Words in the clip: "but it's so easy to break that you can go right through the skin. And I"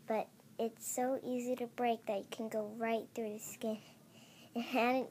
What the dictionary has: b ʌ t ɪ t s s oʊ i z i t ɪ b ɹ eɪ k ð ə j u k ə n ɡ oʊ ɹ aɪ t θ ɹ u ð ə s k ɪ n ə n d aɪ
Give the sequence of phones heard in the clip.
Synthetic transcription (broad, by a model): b ʌ t ɪ t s s oʊ i z i t ɪ b ɹ eɪ k ð ə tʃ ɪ k n ɡ oʊ ɹ aɪ t θ ɹ u ð ə s k ɪ n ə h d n